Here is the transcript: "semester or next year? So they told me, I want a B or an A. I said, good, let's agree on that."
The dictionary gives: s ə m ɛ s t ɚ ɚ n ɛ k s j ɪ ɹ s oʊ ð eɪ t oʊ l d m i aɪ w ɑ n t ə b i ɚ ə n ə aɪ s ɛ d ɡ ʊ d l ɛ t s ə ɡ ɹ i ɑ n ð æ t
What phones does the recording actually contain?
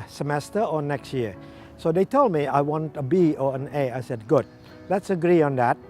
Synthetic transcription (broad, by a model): s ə m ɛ s t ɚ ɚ n ɛ k s j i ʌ s oʊ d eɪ t oʊ l d m i aɪ w ɑ n t ə b i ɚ ə n ə aɪ s ɛ d ɡ ʊ d l ɛ t s ə ɡ ɹ i ɑ n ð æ t